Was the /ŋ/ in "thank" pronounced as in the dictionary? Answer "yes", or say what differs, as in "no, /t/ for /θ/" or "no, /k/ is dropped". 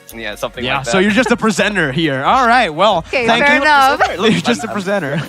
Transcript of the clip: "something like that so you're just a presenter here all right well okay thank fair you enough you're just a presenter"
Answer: yes